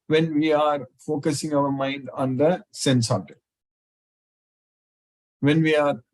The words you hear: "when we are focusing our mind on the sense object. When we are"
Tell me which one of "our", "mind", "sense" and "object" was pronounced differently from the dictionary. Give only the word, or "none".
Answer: object